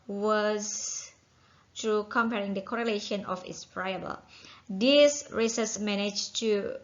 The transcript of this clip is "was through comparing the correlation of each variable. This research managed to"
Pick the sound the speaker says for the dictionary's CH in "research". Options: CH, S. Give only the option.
S